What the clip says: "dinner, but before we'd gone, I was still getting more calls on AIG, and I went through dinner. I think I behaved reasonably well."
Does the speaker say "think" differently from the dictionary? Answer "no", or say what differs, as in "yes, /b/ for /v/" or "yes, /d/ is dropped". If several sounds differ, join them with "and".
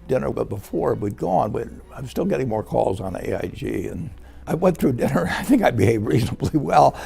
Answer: no